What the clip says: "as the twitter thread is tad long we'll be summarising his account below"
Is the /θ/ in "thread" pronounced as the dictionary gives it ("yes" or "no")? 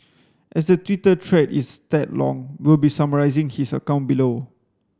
no